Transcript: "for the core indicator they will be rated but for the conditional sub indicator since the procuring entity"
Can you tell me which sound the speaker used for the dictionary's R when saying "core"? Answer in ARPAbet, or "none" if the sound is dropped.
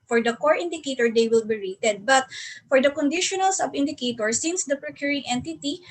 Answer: R